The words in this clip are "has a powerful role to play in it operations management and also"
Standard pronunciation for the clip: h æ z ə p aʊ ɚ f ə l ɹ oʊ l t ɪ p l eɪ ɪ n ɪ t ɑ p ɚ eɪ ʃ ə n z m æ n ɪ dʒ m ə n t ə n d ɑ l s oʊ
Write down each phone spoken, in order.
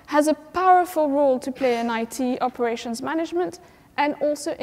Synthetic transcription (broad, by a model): h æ z ə p aʊ ɚ f ə l ɹ oʊ l t ɪ p l eɪ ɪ n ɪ t ɑ p ɚ eɪ ʃ ə n z m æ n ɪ dʒ m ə n t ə n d ɑ l s oʊ